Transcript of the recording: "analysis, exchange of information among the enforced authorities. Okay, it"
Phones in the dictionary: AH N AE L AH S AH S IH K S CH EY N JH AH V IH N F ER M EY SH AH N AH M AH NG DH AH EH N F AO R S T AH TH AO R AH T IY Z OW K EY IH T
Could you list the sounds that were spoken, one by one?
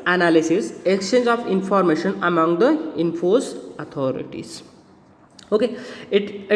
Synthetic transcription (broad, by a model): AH N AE L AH S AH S IH K S CH EY N JH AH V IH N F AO M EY SH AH N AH M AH NG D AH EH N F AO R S AH T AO R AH T IY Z OW K EY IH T